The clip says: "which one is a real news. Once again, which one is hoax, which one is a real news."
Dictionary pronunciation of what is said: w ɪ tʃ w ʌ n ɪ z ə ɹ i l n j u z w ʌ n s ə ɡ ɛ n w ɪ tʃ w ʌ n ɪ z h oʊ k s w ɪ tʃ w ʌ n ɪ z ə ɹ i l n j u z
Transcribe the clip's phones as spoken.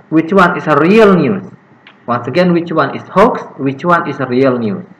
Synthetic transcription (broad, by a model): w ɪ tʃ w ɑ n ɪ s ə ɹ i l n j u s w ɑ n s ə ɡ ɛ n w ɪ tʃ w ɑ n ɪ s h oʊ k s w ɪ tʃ w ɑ n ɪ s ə ɹ i l n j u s